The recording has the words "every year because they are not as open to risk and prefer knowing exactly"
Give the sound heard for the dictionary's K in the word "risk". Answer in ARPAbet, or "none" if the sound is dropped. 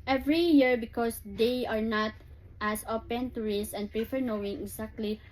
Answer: none